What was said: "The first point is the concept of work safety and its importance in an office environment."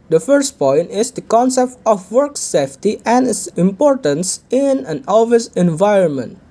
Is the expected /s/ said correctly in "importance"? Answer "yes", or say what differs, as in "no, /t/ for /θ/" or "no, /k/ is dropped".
yes